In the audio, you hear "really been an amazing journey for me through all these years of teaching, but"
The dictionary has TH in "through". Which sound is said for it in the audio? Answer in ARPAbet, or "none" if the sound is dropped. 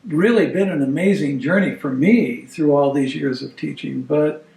TH